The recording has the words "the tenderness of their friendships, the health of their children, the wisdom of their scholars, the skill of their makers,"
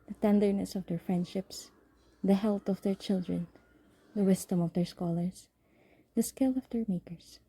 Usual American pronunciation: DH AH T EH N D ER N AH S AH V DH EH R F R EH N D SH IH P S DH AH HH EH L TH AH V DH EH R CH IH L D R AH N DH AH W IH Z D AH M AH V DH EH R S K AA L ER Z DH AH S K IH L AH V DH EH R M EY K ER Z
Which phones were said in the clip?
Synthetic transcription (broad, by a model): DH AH T EH N D ER N AH S AH V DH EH R F R EH N D SH IH P S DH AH HH EH L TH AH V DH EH R CH IH L D R AH N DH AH W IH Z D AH M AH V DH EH R S K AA L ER S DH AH S K IH L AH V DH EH R M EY K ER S